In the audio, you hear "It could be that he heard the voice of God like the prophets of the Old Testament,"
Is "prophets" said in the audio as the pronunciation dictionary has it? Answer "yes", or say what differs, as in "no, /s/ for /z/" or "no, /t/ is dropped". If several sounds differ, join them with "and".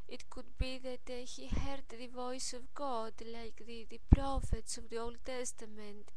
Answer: yes